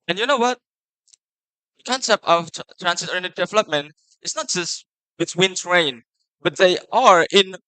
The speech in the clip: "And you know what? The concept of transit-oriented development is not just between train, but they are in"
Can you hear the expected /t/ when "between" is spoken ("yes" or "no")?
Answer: no